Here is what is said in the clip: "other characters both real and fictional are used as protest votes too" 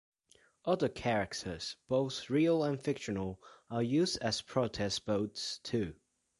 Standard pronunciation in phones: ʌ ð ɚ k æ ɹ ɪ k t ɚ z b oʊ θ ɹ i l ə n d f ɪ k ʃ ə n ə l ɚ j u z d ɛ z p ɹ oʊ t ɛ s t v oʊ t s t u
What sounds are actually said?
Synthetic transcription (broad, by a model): ʌ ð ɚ k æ ɹ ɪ k t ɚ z b oʊ θ ɹ i l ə n f ɪ k ʃ ə n ə l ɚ j u z d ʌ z p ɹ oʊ t ɛ s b oʊ t s t u